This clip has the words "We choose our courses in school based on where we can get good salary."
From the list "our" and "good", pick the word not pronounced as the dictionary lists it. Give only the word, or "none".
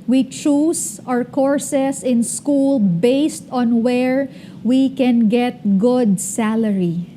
none